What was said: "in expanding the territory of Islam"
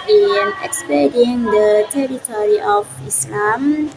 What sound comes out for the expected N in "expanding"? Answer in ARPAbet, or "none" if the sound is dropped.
none